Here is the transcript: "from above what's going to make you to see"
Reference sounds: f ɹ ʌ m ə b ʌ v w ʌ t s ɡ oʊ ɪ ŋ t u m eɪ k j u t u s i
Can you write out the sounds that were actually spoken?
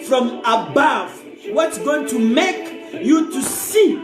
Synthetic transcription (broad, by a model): f ɹ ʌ m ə b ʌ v w ʌ t s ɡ oʊ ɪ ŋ t u m eɪ k j u t u s i